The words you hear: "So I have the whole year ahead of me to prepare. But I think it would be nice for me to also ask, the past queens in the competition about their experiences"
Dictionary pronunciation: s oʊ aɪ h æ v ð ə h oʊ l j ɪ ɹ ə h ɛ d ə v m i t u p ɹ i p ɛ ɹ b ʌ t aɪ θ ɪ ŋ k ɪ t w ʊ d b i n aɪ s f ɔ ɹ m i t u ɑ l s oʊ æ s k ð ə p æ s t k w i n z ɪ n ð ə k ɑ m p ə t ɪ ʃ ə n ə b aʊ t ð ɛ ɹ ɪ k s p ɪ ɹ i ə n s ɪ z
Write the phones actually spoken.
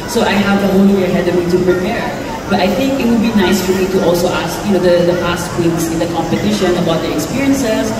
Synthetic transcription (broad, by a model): s oʊ aɪ h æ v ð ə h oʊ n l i w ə h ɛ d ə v m i t u p ɹ i p ɛ ɹ b ʌ t aɪ θ ɪ ŋ k ɪ t w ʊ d b i n aɪ s f ɔ ɹ m i t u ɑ l s oʊ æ s k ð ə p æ s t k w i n s ɪ n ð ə k ɑ m p ə t ɪ ʃ ə n ə b aʊ t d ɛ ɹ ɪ k s p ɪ ɹ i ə n s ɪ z